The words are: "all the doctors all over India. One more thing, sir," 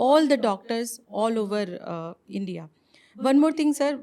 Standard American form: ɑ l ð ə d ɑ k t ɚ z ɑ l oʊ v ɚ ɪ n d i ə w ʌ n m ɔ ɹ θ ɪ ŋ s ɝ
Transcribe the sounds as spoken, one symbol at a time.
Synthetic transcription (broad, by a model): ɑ l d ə d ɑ k t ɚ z ɑ l oʊ v ɚ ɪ n d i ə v ʌ n m ɔ ɹ t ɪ ŋ s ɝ